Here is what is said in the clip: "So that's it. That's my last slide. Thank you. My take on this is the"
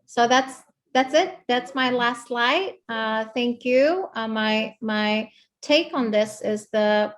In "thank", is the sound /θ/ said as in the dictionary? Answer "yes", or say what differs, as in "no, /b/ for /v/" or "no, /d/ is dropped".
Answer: yes